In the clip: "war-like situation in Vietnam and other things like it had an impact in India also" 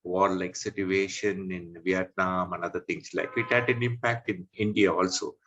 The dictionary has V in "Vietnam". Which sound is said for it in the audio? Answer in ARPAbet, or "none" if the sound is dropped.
V